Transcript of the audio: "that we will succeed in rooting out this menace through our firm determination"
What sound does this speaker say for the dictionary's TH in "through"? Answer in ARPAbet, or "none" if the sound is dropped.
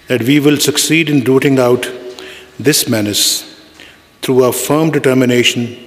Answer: T